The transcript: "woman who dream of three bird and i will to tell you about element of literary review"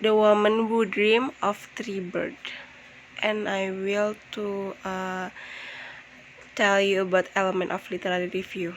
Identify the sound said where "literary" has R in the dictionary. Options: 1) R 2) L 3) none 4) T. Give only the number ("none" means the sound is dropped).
2